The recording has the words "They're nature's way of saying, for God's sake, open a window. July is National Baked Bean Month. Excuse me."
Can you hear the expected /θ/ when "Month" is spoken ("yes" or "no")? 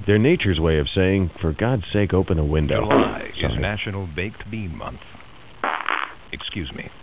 yes